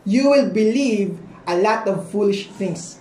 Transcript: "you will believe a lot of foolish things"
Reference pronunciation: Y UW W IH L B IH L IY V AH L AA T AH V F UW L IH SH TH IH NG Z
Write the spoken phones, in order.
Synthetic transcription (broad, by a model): Y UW W IH L B IH L IY V AH L AA T AH V F UW L IH SH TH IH NG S